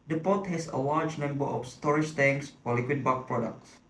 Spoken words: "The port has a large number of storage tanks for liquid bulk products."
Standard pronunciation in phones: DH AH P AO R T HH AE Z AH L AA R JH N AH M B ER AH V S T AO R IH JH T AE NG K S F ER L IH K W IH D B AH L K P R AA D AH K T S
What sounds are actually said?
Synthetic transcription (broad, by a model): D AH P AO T HH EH S AH L AA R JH N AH M B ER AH F S T AO R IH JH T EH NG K S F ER L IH K W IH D B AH K P R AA D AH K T S